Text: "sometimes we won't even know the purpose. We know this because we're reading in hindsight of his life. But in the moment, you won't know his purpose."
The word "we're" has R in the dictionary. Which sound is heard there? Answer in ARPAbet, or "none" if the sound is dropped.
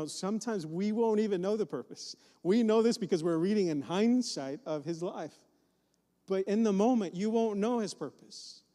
R